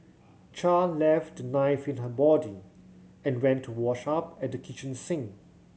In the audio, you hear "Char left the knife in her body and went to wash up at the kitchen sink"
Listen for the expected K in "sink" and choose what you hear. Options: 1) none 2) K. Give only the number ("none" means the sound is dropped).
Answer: 1